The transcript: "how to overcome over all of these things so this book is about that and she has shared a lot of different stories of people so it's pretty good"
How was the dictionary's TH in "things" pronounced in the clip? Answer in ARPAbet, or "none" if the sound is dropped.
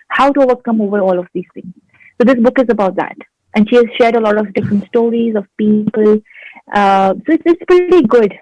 T